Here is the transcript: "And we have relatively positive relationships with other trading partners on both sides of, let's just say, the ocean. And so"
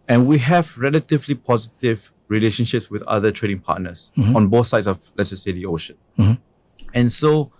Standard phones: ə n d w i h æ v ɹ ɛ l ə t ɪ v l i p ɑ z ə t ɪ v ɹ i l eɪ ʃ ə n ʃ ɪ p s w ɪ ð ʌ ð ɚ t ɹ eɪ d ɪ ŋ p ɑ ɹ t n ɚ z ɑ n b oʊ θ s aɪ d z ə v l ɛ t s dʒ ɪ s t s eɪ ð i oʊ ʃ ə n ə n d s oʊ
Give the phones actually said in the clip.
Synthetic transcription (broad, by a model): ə n w i h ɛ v ɹ ɛ l ə t ɪ v l i p ɑ z ə t ɪ v ɹ i l eɪ ʃ ə n ʃ ɪ p s w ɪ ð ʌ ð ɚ t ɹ eɪ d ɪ ŋ p ɑ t n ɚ s ɑ n b oʊ θ s aɪ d s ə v l ɛ t s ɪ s s eɪ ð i oʊ ʃ ə n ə n s oʊ